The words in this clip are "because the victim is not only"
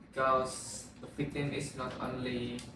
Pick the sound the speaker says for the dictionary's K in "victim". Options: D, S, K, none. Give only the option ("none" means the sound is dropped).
none